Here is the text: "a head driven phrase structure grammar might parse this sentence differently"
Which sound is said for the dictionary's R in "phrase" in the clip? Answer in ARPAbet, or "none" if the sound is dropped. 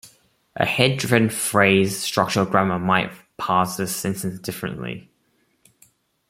R